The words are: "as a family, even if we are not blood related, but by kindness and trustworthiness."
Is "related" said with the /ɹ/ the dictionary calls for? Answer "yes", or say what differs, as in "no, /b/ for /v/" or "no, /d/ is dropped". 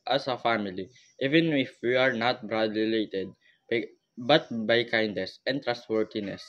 no, /l/ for /ɹ/